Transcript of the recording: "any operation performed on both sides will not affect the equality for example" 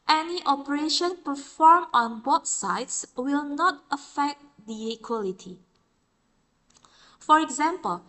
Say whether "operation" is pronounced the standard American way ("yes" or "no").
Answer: yes